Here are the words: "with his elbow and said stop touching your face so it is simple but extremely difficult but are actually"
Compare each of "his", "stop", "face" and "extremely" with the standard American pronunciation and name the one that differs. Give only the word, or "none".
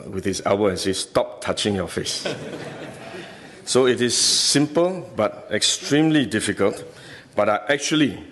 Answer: his